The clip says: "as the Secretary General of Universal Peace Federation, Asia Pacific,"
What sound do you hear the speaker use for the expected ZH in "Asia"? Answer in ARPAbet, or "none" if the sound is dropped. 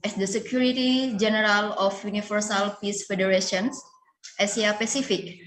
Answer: S